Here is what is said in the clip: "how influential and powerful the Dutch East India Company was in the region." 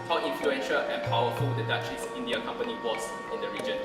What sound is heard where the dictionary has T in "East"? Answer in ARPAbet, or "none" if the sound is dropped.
none